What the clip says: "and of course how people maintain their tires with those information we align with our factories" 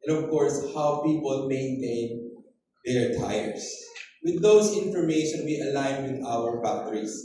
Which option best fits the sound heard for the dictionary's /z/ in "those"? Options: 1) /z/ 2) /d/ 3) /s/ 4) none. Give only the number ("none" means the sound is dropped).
3